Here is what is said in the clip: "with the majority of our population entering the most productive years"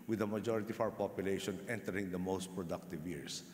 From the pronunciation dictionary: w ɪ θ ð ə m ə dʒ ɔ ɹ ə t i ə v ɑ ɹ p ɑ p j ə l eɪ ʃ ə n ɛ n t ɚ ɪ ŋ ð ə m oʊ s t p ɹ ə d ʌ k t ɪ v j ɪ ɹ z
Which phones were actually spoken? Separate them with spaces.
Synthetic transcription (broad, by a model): w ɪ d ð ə m ə dʒ ɔ ɹ ə t i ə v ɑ w p ɑ p j ə l eɪ ʃ ə n ɛ n t ɚ ɪ ŋ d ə m oʊ s t p ɹ ə d ʌ k t ɪ v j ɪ ɹ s